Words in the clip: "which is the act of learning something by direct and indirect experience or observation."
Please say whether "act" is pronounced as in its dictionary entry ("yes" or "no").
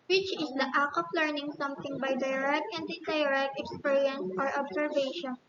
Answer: no